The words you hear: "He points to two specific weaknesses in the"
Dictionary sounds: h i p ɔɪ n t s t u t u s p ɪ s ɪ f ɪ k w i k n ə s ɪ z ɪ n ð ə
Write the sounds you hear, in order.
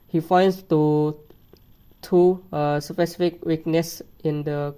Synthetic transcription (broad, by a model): h i f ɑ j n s t u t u s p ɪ s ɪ f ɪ k w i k n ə s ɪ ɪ n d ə